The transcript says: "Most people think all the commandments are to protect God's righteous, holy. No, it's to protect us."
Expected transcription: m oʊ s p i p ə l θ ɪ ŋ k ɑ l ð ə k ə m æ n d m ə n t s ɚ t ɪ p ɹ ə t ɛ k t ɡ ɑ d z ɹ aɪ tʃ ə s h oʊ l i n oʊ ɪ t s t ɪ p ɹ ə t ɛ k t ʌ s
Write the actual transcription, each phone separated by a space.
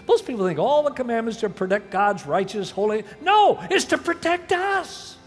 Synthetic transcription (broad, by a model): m oʊ s p i p l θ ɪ ŋ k ɑ l ð ə k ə m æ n m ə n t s t ɪ p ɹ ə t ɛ k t ɡ ɑ d z ɹ aɪ tʃ ə s h oʊ l i n oʊ ɪ t s t ɪ p ɹ ə t ɛ k t ʌ s